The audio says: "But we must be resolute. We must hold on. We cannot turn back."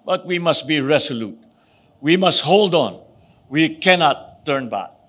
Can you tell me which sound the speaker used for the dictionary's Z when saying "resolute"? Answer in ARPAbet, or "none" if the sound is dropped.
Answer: S